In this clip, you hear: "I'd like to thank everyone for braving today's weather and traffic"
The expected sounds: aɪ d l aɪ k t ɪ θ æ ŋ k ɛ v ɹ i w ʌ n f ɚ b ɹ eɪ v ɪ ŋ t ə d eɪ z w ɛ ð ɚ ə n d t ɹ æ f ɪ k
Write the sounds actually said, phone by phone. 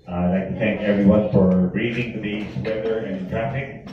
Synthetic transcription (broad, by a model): aɪ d l aɪ k t ɪ θ æ ŋ k ɛ v ɹ i w ʌ n f ɚ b ɹ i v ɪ ŋ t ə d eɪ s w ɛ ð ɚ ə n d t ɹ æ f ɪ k